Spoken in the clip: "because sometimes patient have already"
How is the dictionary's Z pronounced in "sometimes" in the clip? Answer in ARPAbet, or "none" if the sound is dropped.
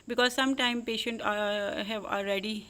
none